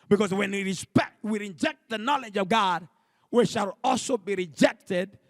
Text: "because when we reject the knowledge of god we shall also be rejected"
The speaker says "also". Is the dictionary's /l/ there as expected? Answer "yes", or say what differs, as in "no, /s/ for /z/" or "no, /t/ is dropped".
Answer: yes